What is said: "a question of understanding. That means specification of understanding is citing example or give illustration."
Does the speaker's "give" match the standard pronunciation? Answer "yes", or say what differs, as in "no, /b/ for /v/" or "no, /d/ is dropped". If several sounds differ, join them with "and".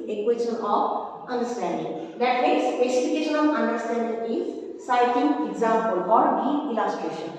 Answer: no, /v/ is dropped